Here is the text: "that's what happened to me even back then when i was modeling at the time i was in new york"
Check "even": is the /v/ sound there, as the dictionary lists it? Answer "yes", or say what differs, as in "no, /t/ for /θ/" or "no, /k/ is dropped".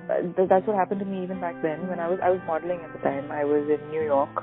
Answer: yes